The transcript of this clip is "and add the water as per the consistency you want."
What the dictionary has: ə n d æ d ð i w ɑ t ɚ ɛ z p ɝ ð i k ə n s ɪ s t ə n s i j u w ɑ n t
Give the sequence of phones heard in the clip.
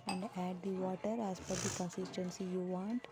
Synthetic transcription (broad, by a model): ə n d æ d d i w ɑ t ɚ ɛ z f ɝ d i k ə n s ɪ s t ə n s i j u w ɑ n t